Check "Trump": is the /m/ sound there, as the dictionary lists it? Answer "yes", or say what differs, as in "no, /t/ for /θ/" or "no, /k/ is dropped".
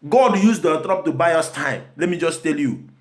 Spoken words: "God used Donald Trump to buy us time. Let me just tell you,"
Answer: no, /m/ is dropped